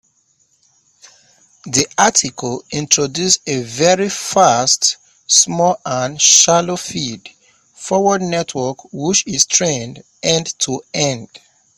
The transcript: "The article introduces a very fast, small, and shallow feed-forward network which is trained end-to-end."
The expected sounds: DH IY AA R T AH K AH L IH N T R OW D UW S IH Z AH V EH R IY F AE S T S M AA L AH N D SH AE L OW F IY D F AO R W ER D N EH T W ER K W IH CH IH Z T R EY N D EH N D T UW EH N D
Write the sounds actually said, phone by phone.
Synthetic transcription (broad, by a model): DH IY AA T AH K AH L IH N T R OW D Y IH S AH V EH R IY F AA S T S M AA L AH N SH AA L OW F IY D F AO W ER D N EH T W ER K W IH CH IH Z T R EY N D EH N D T UW EH N D